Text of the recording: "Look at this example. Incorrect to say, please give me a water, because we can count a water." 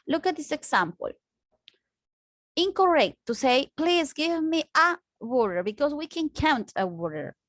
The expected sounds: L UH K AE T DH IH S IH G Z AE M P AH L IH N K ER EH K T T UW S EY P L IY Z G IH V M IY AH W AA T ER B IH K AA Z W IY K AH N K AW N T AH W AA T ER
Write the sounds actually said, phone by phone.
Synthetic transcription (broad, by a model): L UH K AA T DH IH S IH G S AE M P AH L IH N K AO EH K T T UW S EY P L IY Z G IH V M IY AH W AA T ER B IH K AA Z W IY K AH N K AW N T AH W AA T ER